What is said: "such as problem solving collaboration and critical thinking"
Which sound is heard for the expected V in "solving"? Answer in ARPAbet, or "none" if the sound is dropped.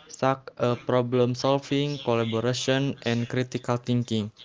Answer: F